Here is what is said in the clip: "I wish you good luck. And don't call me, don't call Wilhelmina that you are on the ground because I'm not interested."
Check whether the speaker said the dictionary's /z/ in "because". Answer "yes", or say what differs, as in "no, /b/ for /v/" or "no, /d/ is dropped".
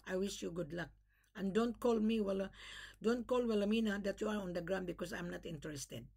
no, /s/ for /z/